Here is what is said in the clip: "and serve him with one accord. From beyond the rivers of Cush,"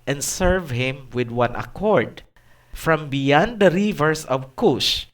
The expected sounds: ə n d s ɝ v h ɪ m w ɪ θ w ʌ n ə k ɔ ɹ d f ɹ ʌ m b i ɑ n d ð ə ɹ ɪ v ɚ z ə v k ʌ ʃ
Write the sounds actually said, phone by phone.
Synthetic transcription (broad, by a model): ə n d s ɝ v h ɪ m w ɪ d w ʌ n ə k ɔ ɹ d f ɹ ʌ m b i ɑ n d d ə ɹ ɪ v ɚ s ə v k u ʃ